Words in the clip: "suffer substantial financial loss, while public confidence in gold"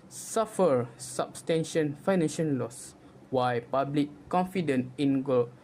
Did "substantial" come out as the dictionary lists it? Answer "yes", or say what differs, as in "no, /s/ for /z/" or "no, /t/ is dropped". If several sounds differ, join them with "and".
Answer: no, /n/ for /l/